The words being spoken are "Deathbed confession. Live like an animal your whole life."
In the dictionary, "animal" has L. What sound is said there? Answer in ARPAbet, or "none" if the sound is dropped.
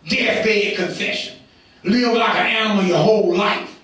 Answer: N